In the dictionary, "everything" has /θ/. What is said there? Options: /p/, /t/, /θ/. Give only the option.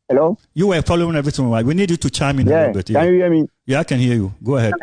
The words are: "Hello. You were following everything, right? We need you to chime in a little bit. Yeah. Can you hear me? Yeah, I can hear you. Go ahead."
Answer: /t/